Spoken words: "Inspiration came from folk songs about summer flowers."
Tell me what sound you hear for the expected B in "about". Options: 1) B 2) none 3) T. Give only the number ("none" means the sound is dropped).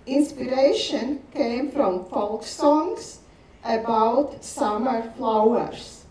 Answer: 1